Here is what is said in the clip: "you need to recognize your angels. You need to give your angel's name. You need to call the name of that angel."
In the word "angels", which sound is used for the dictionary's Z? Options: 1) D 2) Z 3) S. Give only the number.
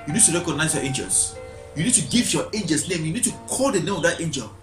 3